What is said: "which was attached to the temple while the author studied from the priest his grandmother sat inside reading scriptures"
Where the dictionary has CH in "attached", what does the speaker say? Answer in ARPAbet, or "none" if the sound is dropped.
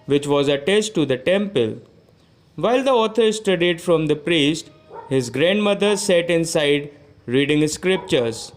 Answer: S